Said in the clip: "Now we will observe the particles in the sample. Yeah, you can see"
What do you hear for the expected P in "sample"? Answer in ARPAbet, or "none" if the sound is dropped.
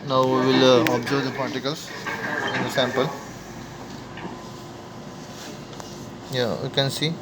P